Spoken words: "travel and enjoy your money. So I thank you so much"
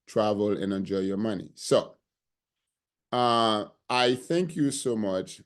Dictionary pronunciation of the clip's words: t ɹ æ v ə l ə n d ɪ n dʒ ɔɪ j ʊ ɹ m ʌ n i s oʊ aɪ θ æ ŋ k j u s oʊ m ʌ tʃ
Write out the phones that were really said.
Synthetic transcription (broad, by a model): t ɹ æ v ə l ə n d ɪ n dʒ ɔɪ j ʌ ɹ m ʌ n i s oʊ aɪ θ æ ŋ k j u s oʊ m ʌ tʃ